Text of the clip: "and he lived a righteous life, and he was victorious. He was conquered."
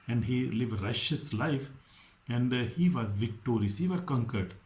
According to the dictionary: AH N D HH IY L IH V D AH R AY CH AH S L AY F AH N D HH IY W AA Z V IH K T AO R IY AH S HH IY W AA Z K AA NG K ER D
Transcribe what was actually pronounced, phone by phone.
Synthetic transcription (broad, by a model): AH N D HH IY L IH V D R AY SH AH S L AY F AH N D HH IY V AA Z V IH K T AO R IY AH S HH IY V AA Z K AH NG K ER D